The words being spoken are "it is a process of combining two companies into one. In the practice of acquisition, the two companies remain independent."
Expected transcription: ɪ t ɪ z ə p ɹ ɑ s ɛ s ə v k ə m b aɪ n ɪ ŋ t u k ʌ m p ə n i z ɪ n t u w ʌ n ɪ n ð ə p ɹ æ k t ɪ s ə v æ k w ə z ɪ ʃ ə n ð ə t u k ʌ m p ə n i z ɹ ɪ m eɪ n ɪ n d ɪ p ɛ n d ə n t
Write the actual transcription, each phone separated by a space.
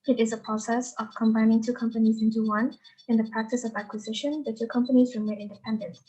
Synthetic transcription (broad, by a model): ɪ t ɪ z ə p ɹ ɑ s ɛ s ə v k ə m b aɪ n ɪ ŋ t u k ʌ m p ə n i z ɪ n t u w ʌ n ɪ n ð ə p ɹ æ k t ɪ s ə v æ k w ə z ɪ ʃ ə n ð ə t u k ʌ m p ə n i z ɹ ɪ m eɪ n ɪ n d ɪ p ɛ n d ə n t